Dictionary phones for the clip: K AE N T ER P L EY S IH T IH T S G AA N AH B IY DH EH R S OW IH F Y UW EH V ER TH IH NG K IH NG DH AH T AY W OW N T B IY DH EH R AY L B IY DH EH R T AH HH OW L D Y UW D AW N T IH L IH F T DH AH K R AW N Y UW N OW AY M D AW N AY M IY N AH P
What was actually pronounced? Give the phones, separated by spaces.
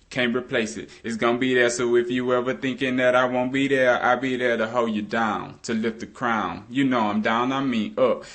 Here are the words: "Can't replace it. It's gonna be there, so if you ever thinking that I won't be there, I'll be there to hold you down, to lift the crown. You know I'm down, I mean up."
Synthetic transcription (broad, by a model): K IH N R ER P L EY S IH T IH T S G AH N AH B IY DH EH R S OW IH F Y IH EH V ER TH IH NG K IH NG DH AH T AY W OW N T B IY DH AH R AY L B IY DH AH R T AH HH OW L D Y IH D AW N T IH L IH F T DH AH K R AW N Y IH N OW AY M D AW N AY M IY AH P